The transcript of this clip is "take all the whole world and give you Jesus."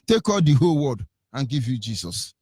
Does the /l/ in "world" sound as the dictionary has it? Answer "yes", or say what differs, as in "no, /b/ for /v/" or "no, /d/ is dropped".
no, /l/ is dropped